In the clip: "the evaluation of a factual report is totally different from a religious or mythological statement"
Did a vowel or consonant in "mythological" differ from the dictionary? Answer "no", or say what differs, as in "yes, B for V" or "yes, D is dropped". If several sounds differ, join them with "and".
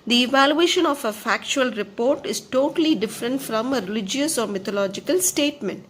yes, T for TH